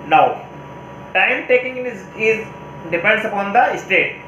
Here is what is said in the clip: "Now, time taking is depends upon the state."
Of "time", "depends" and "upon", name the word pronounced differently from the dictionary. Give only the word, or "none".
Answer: depends